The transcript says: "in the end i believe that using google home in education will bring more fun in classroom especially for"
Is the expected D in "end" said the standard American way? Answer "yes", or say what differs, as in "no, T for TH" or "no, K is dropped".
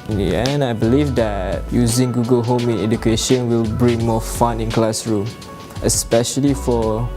no, D is dropped